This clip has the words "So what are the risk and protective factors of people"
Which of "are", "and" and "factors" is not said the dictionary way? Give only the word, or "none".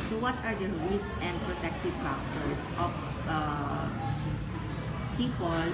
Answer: factors